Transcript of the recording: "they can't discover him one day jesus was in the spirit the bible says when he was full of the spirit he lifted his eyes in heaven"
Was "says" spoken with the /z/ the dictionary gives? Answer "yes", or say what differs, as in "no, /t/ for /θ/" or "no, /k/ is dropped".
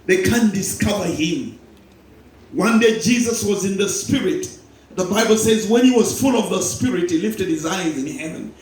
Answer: yes